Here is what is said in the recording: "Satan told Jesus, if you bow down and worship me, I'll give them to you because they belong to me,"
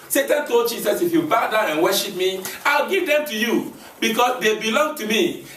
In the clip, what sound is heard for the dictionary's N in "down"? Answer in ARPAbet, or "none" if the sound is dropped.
none